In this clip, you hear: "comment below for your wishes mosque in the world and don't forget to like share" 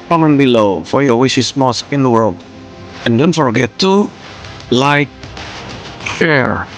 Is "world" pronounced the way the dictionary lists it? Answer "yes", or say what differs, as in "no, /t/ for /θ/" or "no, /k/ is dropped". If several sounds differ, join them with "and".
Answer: yes